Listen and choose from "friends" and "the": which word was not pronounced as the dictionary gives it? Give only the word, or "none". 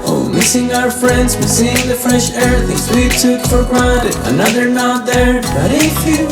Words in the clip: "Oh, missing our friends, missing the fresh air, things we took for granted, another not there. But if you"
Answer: none